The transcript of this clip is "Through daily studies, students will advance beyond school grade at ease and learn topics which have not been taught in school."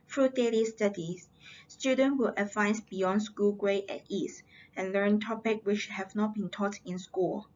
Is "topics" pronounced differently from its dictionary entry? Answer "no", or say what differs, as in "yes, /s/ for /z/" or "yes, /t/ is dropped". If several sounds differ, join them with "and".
yes, /s/ is dropped